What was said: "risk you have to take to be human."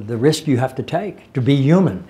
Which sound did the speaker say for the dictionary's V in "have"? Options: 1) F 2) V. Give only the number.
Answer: 1